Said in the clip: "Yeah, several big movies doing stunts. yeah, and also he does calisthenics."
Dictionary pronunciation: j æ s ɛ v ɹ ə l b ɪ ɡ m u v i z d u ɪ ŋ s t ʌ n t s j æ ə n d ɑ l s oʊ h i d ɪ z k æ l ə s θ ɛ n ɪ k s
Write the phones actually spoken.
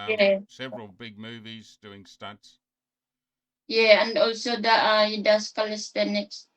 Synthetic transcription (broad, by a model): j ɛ s ɛ v ɹ ə l b ɪ ɡ m u v i z d u ɪ ŋ s t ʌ t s j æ ə n d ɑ l s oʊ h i d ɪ s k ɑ l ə s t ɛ n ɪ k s